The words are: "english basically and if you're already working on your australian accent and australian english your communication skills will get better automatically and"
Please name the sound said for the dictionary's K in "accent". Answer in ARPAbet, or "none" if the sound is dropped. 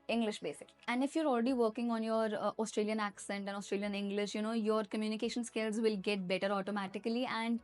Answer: K